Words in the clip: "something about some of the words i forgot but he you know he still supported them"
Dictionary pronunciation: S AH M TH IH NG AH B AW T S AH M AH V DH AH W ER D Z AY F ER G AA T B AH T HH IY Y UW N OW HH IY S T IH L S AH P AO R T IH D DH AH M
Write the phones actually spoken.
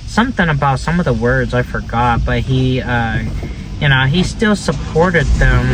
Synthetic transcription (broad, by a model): S AH M TH IH NG AH B AW T S AH M AH V DH AH W ER D Z AY F ER G AA T B AH T HH IY Y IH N OW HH IY S T IH L S AH P AO R T IH D DH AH M